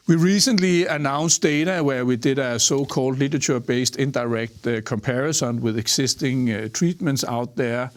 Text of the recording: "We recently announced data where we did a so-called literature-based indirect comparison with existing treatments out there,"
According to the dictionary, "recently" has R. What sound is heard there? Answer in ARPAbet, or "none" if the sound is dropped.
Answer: R